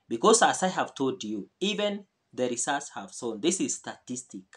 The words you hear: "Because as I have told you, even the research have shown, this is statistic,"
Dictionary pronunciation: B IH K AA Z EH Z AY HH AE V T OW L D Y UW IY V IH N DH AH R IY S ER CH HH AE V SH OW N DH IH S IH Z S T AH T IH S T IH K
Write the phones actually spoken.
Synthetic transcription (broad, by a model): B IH K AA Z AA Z AY HH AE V T OW L D Y UW IY V IH N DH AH R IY S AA S HH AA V S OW N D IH S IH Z S T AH T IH S T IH K